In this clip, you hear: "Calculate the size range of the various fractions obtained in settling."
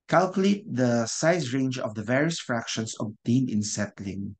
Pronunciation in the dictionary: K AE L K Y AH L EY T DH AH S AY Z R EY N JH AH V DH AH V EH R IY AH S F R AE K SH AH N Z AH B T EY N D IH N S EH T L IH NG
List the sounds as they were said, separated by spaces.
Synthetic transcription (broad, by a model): K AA L K Y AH L EY T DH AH S AY S R EY N JH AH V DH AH V EH R IY AH S F R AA K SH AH N S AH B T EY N IH N S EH T L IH NG